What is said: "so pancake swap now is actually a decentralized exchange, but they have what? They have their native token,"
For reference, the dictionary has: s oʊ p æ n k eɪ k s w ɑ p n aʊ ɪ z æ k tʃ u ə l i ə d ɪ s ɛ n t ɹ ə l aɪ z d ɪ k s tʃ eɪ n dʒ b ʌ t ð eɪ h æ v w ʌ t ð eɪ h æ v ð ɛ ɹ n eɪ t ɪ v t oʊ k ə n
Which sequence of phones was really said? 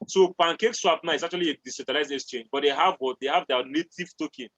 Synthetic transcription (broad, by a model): s oʊ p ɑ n k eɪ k s w ɑ p n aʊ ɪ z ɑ k tʃ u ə l i ə d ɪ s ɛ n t ə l aɪ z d ɪ k s tʃ eɪ n dʒ b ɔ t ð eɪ h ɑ v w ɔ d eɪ h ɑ v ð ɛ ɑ n eɪ t ɪ v t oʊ k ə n